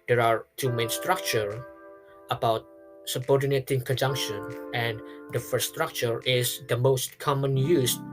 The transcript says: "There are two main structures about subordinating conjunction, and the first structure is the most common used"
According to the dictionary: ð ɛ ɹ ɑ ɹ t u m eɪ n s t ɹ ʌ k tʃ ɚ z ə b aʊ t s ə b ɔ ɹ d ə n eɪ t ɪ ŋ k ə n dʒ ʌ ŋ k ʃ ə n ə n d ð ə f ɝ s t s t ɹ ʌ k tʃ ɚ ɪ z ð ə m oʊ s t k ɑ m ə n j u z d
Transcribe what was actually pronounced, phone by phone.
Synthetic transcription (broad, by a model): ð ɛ ɹ ɑ ɹ t u m eɪ n s t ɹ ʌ k tʃ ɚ ə b aʊ t s ə b ɔ ɹ d ə n eɪ t ɪ ŋ k ə n dʒ ʌ ŋ k ʃ ə n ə n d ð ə f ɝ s s t ɹ ʌ k tʃ ɚ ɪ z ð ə m oʊ s t k ɑ m ə n j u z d